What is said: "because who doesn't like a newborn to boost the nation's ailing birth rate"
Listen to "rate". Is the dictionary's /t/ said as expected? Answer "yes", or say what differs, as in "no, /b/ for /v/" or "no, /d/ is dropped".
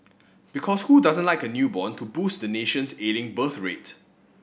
yes